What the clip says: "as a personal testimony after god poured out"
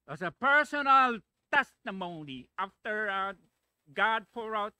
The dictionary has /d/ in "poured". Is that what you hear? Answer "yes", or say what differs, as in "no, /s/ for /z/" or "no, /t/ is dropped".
no, /d/ is dropped